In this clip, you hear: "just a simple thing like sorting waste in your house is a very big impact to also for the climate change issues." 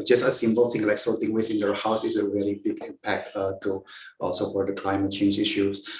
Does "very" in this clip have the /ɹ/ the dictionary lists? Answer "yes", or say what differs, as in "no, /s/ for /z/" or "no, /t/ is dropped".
no, /l/ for /ɹ/